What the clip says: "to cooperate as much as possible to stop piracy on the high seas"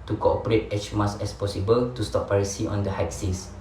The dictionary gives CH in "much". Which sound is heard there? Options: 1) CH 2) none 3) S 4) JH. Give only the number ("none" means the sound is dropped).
3